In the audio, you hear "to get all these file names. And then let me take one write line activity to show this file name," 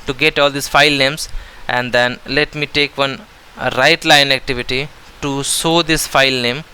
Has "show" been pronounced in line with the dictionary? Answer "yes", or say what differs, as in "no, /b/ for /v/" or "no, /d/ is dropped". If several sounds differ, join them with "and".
no, /s/ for /ʃ/